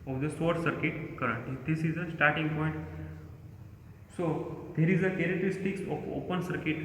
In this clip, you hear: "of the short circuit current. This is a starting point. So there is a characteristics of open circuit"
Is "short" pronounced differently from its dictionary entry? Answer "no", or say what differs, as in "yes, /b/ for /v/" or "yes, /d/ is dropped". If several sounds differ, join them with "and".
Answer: yes, /s/ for /ʃ/